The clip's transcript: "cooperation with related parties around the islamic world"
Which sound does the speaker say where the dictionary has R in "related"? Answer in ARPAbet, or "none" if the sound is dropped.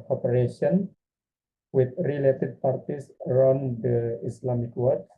R